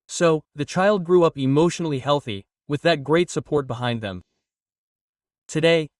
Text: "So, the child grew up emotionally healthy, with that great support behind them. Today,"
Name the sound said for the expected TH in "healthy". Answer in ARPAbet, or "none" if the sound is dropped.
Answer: TH